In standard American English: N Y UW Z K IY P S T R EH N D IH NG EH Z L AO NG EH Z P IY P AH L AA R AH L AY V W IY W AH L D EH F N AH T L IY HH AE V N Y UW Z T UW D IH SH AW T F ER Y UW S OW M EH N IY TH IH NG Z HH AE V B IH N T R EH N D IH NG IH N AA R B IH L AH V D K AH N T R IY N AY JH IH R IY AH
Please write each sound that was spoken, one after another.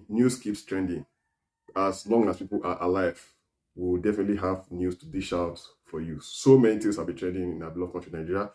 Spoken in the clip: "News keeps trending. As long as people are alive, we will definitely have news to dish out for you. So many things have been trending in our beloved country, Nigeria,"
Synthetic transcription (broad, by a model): N Y UW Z K IY P S T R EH N D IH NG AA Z L AO NG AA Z P IY P AH L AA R AH L AY V W IY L D EH F N AH T L IY HH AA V N Y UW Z T UW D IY SH AW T F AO Y UW S OW M EH N IY T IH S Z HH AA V B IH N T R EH N D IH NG IH N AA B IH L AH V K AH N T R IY N AY JH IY R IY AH